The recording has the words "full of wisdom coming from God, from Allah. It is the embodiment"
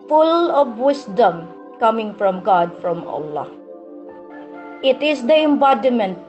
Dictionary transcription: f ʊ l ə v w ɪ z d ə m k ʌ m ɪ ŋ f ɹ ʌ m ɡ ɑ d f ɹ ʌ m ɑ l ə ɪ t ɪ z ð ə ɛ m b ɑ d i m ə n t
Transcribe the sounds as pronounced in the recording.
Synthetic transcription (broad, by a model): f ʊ l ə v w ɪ s d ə m k ʌ m ɪ ŋ f ɹ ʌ m ɡ ɑ d f ɹ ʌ m ɑ l ə ɪ t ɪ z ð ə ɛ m b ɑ d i m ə n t